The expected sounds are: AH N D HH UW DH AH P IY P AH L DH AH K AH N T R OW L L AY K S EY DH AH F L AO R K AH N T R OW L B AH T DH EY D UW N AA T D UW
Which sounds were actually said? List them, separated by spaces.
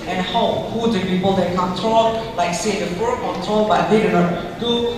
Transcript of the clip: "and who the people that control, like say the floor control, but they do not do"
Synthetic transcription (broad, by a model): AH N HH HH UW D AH P IY P AH L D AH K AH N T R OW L L AY K S EY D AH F AO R K AH N T R OW L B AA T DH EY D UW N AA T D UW